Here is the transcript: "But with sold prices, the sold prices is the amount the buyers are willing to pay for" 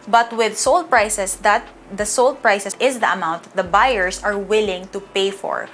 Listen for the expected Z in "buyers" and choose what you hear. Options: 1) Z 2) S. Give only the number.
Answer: 2